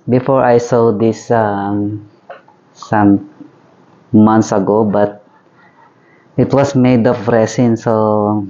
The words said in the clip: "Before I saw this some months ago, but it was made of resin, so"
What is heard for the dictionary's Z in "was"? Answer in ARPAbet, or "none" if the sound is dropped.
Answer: S